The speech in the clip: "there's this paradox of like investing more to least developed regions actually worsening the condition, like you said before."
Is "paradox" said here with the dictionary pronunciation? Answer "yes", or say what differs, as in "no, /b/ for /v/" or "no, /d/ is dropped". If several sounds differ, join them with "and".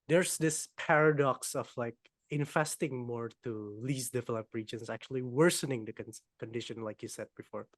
yes